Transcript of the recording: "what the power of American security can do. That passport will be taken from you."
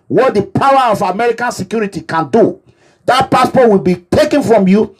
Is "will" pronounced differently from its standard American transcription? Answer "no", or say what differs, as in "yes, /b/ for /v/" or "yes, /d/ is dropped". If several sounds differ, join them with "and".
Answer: no